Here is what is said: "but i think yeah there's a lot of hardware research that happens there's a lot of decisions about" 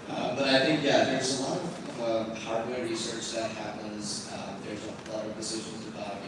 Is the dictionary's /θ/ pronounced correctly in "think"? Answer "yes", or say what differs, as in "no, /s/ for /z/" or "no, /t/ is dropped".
yes